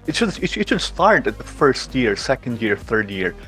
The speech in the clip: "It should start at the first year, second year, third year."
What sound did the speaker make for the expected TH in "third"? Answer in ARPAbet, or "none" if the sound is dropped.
TH